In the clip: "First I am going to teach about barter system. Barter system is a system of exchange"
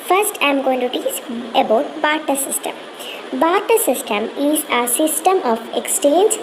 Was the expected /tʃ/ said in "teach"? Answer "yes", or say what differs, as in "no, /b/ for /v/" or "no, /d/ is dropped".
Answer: no, /s/ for /tʃ/